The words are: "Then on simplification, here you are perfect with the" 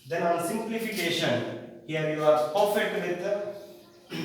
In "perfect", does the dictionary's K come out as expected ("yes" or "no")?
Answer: no